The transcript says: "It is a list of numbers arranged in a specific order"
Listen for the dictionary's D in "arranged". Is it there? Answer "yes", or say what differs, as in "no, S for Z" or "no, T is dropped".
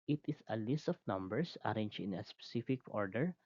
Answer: no, D is dropped